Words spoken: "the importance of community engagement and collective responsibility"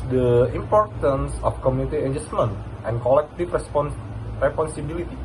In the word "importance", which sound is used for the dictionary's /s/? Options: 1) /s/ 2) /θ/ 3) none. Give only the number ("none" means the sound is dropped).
1